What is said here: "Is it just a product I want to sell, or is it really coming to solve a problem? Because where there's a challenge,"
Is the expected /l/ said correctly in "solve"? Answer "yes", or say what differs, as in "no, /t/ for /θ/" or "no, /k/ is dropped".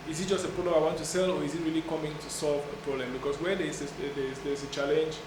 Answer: yes